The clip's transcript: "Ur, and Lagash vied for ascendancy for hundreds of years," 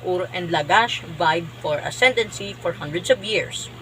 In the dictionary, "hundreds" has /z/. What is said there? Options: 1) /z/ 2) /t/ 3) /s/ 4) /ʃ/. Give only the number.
3